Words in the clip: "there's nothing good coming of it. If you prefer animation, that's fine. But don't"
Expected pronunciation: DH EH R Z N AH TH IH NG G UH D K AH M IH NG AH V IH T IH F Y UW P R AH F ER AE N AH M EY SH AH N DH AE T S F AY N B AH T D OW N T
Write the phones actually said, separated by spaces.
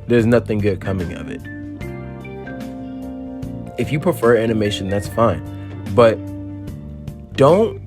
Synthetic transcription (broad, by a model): DH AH R Z N AH TH IH NG G UH D K AH M IH NG AH V IH T IH F Y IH P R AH F ER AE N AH M EY SH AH N DH AE T S F AY N B AH T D OW N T